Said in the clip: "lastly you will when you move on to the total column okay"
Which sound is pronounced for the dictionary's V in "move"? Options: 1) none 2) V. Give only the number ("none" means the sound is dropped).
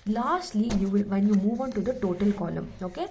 2